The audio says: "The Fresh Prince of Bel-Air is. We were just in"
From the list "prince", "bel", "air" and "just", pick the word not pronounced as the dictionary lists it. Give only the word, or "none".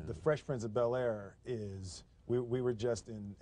prince